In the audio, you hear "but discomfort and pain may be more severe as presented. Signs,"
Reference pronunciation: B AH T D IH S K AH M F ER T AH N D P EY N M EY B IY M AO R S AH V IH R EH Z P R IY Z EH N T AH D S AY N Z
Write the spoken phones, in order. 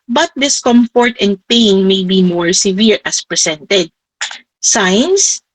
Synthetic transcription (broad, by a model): B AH T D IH S K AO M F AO T AH N D P EY N M EY B IY M AO R S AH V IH R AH S P R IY S EH N T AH D S AY N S